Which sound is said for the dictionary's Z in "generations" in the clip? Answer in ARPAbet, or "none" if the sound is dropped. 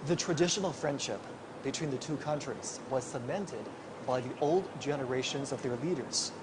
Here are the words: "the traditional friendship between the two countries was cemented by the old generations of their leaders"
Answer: Z